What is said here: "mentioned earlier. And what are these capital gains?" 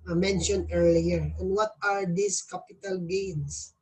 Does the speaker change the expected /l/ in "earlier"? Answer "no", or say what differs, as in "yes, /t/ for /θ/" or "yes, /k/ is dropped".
no